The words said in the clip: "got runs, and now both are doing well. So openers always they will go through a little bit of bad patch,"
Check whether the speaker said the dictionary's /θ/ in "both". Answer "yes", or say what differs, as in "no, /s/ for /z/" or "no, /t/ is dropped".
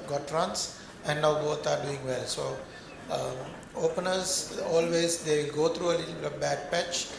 no, /t/ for /θ/